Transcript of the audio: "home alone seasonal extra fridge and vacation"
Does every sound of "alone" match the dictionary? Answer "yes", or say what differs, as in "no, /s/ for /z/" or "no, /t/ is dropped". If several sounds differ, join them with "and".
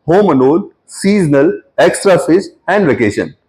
no, /n/ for /l/ and /l/ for /n/